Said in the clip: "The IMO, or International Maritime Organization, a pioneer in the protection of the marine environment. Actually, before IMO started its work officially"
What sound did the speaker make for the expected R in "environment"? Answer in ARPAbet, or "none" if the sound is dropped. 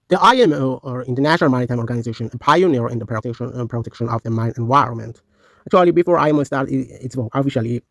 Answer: R